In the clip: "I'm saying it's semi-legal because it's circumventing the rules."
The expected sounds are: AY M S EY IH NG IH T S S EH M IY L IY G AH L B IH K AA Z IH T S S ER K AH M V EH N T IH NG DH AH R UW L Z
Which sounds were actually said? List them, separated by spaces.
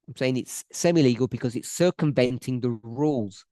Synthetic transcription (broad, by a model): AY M S EY IH NG IH T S S EH M IY L IY G AH L B IH K AA Z IH T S S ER K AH M V EH N T IH NG DH AH R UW L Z